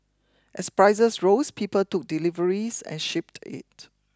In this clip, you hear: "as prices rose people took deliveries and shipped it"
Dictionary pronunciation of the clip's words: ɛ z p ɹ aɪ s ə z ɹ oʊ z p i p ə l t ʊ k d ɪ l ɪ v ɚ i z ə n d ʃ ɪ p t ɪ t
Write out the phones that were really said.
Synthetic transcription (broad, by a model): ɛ s p ɹ aɪ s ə s ɹ oʊ s p i p ə l t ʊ k d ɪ l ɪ v ɚ i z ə n ʃ ɪ p t ɪ t